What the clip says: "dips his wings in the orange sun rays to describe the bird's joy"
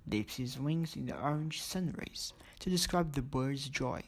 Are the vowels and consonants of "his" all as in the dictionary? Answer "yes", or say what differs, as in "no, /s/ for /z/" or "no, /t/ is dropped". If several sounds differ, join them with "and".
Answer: yes